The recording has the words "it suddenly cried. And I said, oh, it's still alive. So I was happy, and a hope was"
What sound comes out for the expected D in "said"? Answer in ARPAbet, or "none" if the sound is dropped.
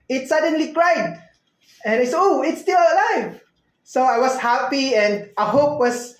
none